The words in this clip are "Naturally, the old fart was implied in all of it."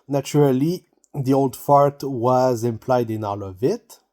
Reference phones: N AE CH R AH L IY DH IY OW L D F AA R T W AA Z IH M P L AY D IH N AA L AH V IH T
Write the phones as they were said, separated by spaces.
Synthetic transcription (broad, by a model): N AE CH R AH L IY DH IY OW L D F AA R T W AA Z IH M P L AY D IH N AA L AH V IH T